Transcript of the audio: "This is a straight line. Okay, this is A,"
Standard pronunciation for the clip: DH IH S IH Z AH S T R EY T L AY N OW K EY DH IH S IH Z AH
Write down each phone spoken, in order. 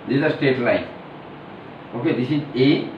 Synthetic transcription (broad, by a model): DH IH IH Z AH S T EY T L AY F OW K EY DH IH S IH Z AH